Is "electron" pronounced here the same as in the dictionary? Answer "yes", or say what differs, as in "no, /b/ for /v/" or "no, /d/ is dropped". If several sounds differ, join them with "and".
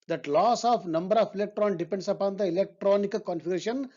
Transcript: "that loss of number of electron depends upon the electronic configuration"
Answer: yes